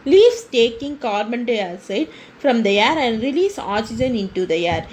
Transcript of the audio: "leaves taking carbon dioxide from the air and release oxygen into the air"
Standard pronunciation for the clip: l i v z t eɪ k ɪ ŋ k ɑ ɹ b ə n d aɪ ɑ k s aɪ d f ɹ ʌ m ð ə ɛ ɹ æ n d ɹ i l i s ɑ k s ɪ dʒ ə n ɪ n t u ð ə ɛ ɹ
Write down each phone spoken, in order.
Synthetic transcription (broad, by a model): l i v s t eɪ k ɪ ŋ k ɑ ɹ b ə n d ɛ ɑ s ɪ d f ɹ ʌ m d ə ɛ ɹ æ n d ɹ i l i s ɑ s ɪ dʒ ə n ɪ n t u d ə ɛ ɹ